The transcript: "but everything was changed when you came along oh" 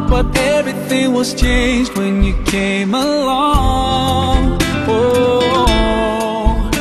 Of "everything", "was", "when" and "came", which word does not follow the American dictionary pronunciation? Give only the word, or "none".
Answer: none